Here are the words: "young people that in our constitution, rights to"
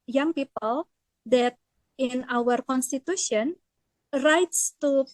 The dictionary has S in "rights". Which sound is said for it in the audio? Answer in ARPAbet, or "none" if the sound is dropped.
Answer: S